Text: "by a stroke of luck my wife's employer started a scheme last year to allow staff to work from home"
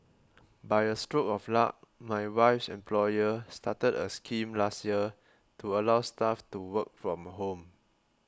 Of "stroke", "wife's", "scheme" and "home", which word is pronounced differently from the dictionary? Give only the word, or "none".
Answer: none